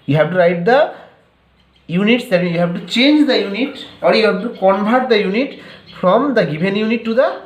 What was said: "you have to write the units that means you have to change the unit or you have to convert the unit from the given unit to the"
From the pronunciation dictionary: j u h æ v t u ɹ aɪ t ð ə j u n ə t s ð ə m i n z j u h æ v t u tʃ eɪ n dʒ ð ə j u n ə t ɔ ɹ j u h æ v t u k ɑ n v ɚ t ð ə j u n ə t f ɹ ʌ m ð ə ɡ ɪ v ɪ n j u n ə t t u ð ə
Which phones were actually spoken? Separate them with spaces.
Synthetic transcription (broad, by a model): j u h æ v t u ɹ aɪ t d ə j u n ə t s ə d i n j u h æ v t u tʃ eɪ n dʒ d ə j u n ə t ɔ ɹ j u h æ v t u k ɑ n b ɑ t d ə j u n ə t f ɹ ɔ m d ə ɡ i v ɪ n j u n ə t t u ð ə